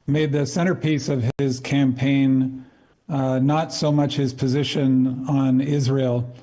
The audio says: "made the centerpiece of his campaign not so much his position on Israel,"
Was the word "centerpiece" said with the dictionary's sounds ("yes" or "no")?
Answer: no